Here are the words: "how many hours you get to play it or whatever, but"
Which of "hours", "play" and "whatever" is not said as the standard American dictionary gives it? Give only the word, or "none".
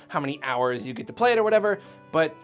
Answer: none